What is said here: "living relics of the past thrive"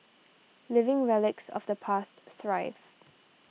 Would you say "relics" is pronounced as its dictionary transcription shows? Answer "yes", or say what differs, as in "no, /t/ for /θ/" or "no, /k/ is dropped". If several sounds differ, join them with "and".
yes